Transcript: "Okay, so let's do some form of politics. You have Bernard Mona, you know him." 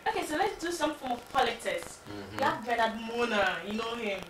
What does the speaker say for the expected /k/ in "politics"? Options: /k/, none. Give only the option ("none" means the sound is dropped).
none